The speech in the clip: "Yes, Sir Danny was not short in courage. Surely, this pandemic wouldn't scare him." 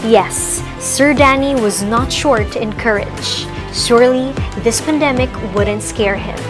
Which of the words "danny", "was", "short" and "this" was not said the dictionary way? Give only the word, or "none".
none